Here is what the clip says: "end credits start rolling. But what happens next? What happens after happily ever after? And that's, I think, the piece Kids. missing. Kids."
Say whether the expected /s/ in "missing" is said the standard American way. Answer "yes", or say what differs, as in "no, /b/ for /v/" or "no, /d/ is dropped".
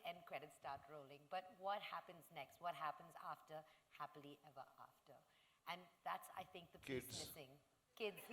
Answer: no, /θ/ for /s/